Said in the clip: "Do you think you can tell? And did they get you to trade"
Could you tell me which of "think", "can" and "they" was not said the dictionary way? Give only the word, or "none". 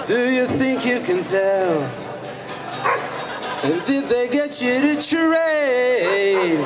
none